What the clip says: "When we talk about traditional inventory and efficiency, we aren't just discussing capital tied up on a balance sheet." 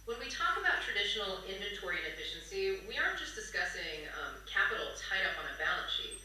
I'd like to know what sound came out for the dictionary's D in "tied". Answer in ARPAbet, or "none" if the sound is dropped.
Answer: D